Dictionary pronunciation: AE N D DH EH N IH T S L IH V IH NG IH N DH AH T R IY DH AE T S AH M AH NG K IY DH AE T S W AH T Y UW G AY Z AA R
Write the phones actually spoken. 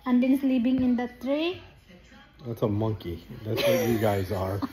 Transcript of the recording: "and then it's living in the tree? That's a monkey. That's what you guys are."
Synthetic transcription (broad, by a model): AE N D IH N S L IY P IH NG IH N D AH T R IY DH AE T S AH M AH NG K IY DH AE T S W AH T Y UW G AY Z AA R